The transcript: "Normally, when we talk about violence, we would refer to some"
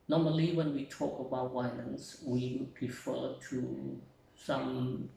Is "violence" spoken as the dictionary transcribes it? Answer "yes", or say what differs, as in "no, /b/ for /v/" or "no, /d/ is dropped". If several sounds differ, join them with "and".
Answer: no, /w/ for /v/ and /n/ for /l/